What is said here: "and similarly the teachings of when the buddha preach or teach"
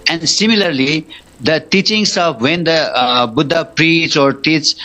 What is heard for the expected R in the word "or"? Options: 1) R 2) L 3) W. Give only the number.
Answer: 1